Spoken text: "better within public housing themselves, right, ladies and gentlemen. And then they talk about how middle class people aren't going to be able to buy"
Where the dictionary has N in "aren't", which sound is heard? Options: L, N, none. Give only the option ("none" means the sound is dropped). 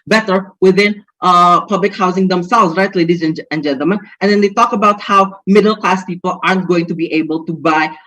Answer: N